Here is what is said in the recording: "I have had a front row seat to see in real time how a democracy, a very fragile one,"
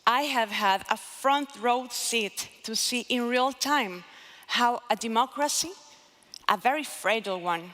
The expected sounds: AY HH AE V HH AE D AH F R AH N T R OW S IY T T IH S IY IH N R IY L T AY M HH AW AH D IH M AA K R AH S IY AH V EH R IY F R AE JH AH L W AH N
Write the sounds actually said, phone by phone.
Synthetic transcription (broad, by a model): AY HH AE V HH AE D AH F R AH N T R OW S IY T T IH S IY IH N R IY L T AY M HH AW AH D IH M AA K R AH S IY AH V EH R IY F R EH AH L W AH N